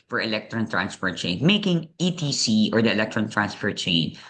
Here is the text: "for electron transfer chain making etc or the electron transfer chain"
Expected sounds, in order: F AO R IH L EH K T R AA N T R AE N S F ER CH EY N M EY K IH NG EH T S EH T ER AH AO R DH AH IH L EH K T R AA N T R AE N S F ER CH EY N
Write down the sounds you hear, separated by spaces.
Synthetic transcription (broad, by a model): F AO R IH L EH K T R AA N T R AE N S P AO CH EY N M EY K IH NG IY T IY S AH AO R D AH IH L EH K T R AA N T R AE N S P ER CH EY N